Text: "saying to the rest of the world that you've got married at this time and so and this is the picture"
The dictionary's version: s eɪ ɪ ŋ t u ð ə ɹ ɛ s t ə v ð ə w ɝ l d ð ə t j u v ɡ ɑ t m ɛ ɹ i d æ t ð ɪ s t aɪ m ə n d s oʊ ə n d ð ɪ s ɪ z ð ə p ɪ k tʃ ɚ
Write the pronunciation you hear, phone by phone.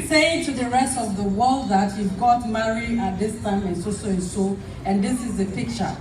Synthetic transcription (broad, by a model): s eɪ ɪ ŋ t u ð ə ɹ ɛ s t ə v ð ə w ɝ l d ð ə t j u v ɡ ɑ t m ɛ ɹ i æ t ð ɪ s t aɪ m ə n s s oʊ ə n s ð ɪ s ɪ z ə p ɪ k tʃ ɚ